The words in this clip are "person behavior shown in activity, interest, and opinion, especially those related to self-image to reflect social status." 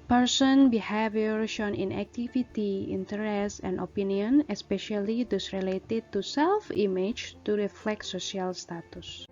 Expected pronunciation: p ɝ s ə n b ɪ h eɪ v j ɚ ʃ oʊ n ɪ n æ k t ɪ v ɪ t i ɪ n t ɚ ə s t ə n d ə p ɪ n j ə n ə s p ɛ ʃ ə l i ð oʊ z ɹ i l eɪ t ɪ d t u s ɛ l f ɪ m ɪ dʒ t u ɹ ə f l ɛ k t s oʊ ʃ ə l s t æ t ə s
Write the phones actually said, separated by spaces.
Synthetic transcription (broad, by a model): p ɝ s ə n b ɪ h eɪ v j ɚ ʃ oʊ n ɪ n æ k t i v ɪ t i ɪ n t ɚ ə s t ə n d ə p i n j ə n ə s p ɛ ʃ ə l i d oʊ s ɹ i l eɪ t ɪ d t u s ɛ l f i m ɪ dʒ t u ɹ ə f l ɛ k t s oʊ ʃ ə l s t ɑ t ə s